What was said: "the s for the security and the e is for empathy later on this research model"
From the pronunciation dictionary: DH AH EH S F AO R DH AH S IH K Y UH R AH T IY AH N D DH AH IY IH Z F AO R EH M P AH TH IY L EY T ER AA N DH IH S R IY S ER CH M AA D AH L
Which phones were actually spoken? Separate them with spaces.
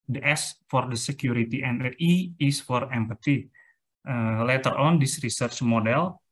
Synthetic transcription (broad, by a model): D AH EH S F AO R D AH S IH K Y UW R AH T IY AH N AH IY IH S F AO R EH M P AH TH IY L EY T ER AA N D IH S R IY S ER CH M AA D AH L